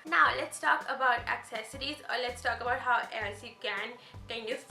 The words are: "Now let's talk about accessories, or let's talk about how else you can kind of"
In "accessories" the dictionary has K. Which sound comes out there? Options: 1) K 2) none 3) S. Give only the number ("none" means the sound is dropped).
1